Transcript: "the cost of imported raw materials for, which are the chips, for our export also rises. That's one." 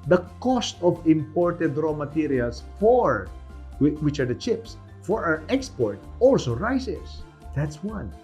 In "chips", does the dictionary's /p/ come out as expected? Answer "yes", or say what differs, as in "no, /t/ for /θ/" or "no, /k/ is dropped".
yes